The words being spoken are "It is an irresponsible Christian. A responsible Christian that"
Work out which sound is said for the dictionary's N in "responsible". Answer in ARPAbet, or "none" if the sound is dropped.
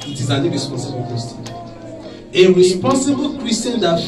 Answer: none